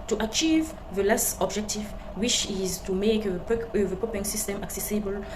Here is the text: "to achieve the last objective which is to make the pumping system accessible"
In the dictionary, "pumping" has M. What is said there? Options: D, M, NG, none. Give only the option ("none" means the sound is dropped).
none